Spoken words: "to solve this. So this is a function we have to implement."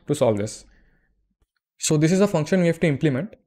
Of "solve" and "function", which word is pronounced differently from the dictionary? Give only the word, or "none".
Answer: none